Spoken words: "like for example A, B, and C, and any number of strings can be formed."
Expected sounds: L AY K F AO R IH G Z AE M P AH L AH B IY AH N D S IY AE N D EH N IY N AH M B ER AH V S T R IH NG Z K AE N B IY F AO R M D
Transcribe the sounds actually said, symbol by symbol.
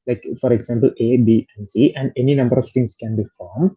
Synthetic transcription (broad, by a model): L AY K F AO R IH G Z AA M P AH L AH B IY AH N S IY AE N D EH N IY N AH M B ER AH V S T IH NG S K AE N B IY F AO R M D